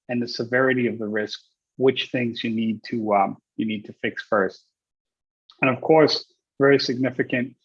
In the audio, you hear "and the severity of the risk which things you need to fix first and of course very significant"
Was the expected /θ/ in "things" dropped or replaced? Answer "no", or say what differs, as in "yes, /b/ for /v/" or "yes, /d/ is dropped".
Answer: no